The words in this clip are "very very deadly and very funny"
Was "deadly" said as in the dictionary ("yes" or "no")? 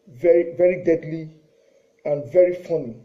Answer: yes